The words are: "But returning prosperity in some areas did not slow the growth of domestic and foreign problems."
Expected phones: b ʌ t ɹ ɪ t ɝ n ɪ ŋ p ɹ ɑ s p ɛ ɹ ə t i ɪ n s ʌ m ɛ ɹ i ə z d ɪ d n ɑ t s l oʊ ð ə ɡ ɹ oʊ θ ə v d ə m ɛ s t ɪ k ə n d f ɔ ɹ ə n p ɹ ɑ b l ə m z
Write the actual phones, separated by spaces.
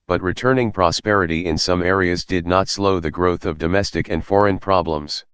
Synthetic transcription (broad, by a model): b ʌ t ɹ ɪ t ɝ n ɪ ŋ p ɹ ɑ s p ɛ ɹ ə t i ɪ n s ʌ m ɛ ɹ i ə z d ɪ d n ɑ t s l oʊ ð ə ɡ ɹ oʊ θ ə v d ə m ɛ s t ɪ k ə n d f ɔ ɹ ə n p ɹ ɑ b l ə m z